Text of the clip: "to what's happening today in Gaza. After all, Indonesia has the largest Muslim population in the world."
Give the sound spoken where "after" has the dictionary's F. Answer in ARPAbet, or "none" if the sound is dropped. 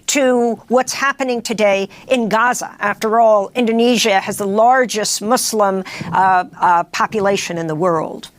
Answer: F